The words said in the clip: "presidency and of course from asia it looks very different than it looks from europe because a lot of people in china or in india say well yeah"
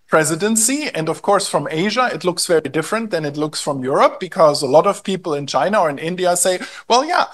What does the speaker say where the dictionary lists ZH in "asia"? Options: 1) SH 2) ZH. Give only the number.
2